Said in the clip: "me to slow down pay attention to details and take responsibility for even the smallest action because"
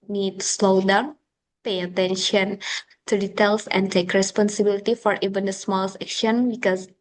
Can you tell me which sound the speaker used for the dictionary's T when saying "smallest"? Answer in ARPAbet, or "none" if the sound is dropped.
none